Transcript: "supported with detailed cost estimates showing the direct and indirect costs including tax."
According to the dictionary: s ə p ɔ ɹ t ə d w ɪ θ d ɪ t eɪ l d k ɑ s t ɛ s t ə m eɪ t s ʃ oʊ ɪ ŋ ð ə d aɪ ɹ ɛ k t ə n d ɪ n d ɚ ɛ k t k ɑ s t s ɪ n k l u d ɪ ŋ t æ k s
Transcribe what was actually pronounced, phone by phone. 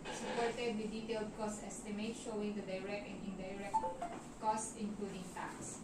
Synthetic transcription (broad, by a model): s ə p ɔ ɹ t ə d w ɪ d ɪ t eɪ l d k ɑ s t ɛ s t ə m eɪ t ʃ oʊ ɪ ŋ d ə d aɪ ɹ ɛ k t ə n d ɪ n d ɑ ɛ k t k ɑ s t ɪ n k l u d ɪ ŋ t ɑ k s